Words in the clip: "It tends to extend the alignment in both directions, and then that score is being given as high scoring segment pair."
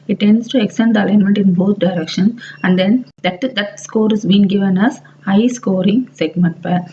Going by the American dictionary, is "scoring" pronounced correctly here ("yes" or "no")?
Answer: yes